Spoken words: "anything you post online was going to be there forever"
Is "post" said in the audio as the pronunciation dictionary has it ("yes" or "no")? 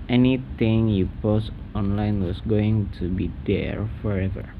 yes